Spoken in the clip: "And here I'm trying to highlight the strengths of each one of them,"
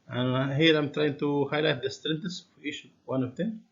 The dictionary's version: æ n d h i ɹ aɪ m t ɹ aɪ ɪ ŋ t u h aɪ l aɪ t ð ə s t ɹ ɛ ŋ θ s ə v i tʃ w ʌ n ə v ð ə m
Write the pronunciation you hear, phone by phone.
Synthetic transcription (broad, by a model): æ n h i ɹ aɪ m t ɹ aɪ ɪ ŋ t u h aɪ l aɪ t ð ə s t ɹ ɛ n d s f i ʃ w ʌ n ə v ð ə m